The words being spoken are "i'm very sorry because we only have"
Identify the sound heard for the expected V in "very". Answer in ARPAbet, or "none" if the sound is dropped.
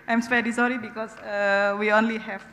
P